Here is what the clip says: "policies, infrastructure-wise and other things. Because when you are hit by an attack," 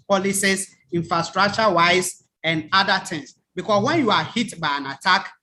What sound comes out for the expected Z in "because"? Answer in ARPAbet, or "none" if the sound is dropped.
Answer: S